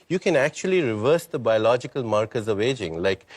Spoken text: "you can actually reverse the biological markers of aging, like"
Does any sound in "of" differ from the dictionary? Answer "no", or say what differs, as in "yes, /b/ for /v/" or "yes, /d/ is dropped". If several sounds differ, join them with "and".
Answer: no